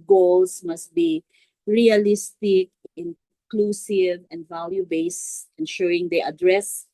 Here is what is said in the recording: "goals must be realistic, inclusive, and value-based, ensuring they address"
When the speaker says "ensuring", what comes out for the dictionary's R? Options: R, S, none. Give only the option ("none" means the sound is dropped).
none